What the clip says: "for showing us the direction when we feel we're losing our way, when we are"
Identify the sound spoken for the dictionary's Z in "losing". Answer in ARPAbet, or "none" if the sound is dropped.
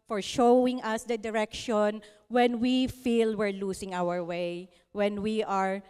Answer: S